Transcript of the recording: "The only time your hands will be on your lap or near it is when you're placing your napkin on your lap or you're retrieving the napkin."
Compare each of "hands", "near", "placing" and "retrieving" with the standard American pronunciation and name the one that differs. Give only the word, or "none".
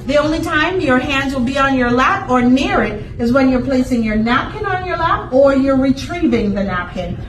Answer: none